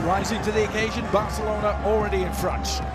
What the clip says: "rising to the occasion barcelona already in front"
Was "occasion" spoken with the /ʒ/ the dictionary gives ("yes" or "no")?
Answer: yes